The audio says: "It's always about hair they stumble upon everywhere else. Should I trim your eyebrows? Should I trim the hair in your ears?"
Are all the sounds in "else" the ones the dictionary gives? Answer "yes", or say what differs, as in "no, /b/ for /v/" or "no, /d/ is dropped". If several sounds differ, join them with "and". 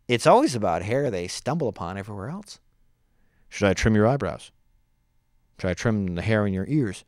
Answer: yes